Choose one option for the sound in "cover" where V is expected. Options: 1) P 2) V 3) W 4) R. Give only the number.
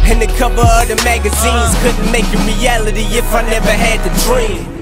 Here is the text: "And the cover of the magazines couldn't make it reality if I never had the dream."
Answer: 1